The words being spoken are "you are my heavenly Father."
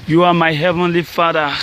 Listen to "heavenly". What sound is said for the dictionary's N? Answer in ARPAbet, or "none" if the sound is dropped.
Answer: N